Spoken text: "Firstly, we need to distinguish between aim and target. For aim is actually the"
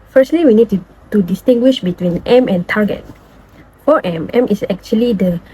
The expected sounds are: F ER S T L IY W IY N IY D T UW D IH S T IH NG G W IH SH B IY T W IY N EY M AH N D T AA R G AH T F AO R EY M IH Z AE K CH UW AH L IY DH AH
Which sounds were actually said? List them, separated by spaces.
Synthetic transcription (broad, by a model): F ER S T L IY W IY N IY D T UW D IH S T IH NG G W IH SH B IY T W IY N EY M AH N T AA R G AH T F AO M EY M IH S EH K CH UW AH L IY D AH